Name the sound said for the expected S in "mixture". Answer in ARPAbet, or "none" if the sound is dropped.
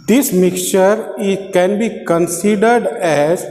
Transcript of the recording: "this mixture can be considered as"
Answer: none